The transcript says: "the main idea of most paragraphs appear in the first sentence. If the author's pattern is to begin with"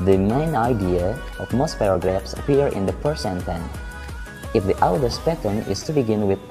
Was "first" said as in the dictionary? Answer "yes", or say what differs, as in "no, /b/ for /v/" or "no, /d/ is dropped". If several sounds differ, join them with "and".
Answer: no, /p/ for /f/